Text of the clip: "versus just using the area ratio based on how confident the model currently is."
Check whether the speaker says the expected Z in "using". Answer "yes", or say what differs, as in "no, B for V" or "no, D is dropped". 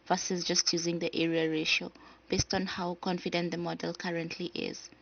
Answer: yes